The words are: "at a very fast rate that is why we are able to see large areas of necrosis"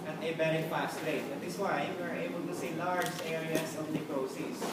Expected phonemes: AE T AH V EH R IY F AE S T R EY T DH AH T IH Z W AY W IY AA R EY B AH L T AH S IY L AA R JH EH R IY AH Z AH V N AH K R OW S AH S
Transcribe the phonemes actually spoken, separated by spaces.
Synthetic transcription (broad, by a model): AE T AH B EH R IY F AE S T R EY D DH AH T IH S W AY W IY R EY B AH L T AH S IY L AA R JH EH R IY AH S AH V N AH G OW S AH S